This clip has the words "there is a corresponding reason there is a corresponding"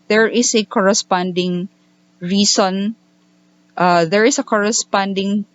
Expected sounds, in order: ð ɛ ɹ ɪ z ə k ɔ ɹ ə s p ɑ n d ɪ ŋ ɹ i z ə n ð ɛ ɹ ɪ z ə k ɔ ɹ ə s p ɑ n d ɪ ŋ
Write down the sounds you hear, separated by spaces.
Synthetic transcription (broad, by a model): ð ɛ ɹ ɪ s ə k ɔ ɹ ə s p ɑ n d ɪ ŋ ɹ i s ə n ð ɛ ɹ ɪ s ə k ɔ ɹ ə s p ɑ n d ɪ ŋ